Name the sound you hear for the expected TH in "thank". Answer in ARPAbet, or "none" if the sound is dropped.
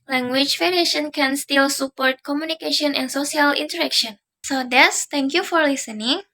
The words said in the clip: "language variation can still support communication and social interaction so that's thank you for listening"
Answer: T